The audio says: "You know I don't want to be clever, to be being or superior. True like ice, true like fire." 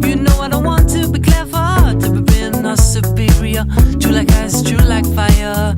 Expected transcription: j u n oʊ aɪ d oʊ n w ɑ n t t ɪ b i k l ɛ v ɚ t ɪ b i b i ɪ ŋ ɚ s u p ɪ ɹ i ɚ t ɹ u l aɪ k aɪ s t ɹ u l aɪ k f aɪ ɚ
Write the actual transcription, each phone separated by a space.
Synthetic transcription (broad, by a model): j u n oʊ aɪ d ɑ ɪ w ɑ n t t ɪ b i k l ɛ f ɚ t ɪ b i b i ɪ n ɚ s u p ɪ ɹ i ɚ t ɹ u l aɪ k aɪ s t ɹ u l aɪ k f aɪ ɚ